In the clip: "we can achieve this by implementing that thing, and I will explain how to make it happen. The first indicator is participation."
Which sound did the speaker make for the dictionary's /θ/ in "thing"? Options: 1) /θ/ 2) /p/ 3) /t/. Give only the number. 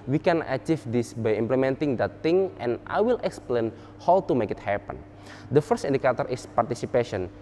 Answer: 3